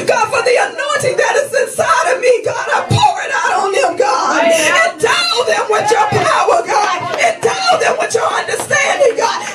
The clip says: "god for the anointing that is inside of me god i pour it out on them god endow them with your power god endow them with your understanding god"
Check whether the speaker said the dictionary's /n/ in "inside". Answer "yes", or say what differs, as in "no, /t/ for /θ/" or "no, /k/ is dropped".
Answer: yes